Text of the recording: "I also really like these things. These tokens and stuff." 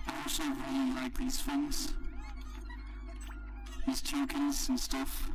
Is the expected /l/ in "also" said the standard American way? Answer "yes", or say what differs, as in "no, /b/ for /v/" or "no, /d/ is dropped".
no, /l/ is dropped